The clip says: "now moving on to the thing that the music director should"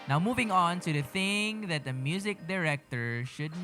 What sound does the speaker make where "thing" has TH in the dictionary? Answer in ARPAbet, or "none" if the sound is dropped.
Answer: TH